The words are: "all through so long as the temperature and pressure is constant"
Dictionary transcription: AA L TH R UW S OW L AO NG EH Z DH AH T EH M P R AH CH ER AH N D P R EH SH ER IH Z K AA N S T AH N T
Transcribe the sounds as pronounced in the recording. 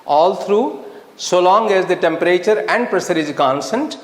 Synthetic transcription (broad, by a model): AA L T R UW S OW L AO NG EH Z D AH T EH M P R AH CH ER AH N D P R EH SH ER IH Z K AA N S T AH N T